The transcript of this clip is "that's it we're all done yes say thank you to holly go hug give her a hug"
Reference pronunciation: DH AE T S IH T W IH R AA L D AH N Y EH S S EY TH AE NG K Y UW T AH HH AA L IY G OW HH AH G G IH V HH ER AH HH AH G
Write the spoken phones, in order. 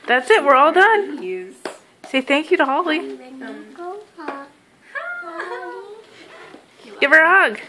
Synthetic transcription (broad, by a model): DH AE T S IH T W IH R AA L D AH N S S EY TH AE NG K Y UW T AH HH AA L IY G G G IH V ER AH HH AH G